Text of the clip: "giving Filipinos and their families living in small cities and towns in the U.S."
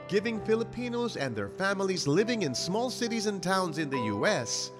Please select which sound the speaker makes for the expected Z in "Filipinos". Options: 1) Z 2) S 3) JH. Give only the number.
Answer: 1